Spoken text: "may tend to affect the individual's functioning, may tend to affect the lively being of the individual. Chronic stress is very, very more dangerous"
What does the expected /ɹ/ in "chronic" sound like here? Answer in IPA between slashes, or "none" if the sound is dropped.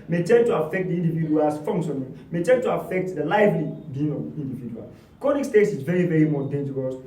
none